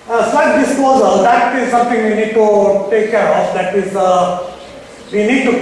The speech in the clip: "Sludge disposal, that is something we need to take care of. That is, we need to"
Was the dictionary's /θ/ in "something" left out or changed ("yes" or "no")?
yes